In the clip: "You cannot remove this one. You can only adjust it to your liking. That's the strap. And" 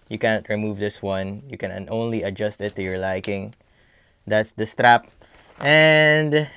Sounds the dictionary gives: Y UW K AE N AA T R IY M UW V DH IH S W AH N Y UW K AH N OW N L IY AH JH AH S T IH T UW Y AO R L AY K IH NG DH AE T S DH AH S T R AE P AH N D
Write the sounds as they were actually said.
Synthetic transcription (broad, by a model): Y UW K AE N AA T R IY M UW V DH IH S W AH N Y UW K AH N OW N L IY AH JH AH S T IH T UW Y AO R L AY K IH NG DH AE T S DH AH S T R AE P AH N D